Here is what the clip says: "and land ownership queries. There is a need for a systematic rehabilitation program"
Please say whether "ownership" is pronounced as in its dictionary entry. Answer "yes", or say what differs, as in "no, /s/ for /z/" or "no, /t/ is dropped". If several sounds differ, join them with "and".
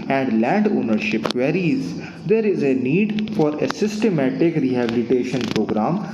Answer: yes